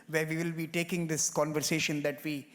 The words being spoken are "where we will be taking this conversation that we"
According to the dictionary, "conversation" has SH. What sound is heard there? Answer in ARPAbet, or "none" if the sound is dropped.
SH